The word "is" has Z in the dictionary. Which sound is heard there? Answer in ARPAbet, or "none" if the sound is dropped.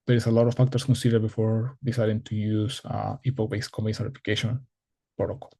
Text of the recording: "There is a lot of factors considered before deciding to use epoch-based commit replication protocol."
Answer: S